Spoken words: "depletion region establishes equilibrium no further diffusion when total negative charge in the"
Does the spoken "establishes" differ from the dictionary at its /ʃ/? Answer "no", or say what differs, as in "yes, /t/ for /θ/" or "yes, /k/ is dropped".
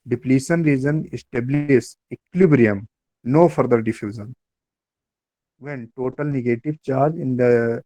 yes, /s/ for /ʃ/